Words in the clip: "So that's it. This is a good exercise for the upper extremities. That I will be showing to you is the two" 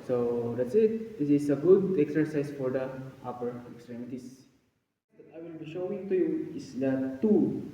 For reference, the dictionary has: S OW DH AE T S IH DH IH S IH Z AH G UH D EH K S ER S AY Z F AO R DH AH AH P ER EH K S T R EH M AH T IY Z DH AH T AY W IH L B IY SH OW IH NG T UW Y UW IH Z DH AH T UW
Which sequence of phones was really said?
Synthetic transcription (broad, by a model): S OW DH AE T S IH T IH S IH S AH G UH D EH K S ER S AY S F AO R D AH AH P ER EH K S T R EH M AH T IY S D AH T AY W IH L B IY SH OW IH NG T UW Y UW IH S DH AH T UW